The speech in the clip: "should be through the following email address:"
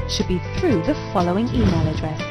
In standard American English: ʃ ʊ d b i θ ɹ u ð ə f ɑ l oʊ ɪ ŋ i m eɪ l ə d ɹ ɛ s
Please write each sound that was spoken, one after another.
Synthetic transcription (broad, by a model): ʃ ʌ d b i θ ɹ u ð ə f ɑ l oʊ ɪ ŋ i m eɪ l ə d ɹ ɛ s